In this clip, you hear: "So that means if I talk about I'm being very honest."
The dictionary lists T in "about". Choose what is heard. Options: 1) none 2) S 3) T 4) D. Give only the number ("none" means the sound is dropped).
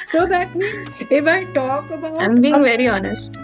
1